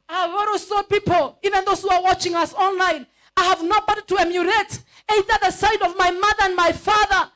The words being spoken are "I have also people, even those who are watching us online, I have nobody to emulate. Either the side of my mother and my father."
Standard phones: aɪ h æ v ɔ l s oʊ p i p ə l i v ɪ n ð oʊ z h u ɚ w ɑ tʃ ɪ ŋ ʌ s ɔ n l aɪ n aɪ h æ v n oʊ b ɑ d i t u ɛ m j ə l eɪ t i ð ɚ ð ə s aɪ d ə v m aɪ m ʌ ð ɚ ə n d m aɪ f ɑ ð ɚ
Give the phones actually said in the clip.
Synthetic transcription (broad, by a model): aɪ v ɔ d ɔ s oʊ p i p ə l i v ɪ n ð oʊ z h u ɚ w ɑ tʃ ɪ ŋ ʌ s ɔ n l aɪ n aɪ h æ v n oʊ b ɑ d i t u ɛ m j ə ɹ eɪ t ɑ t ð ə s aɪ d ə v m aɪ m ʌ ð ɚ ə n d m aɪ f ɑ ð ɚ